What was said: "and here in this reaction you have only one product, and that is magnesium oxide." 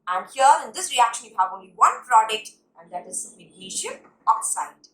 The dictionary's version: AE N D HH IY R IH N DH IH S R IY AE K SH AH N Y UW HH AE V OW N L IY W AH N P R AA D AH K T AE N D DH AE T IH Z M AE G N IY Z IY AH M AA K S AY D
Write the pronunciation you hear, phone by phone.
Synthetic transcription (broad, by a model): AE N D HH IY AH IH N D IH S R IY AE K SH AH N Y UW HH AE V OW N L IY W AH N P R AA D AH K T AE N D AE T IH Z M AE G IY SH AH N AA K S AY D